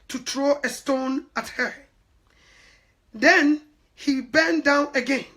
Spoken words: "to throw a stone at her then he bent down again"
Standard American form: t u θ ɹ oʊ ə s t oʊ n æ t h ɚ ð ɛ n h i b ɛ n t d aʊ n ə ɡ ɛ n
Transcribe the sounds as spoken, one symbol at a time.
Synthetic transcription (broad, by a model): t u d ɹ oʊ ə s t oʊ n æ t h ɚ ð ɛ n h i b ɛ n d aʊ n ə ɡ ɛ n